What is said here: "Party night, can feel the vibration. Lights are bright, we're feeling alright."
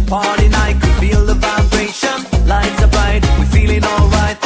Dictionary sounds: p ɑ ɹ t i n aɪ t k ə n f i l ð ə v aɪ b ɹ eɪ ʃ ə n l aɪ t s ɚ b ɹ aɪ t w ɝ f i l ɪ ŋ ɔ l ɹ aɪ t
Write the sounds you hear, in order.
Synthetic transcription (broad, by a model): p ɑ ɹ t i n aɪ k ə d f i l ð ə f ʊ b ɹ eɪ ʃ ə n l aɪ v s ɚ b aɪ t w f i l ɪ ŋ ɔ l ɹ aɪ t